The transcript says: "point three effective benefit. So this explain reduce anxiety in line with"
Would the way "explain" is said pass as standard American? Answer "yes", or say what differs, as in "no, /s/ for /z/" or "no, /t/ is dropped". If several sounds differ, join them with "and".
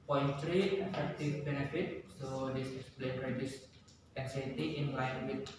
no, /k/ is dropped